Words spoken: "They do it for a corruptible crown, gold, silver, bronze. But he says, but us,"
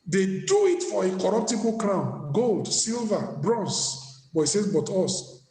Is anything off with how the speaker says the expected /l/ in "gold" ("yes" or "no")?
no